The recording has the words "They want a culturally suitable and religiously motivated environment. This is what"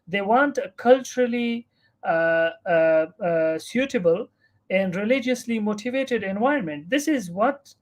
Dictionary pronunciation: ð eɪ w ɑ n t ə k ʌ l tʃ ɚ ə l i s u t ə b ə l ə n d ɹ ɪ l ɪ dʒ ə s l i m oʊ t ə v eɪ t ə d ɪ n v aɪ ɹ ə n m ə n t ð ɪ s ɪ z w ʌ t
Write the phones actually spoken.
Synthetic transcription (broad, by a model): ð eɪ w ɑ n t ə k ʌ l tʃ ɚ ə l i s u t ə b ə l ə n d ɹ ɪ l ɪ dʒ ə s l i m oʊ t ə v eɪ t ə d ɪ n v aɪ ə n m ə n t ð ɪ s ɪ z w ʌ t